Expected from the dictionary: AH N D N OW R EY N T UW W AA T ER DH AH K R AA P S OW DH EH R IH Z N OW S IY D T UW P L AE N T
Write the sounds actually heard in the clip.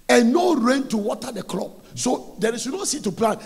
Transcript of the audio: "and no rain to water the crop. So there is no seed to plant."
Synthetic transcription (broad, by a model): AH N N OW R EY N T UW W AA T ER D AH K L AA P S OW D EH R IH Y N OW S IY T UW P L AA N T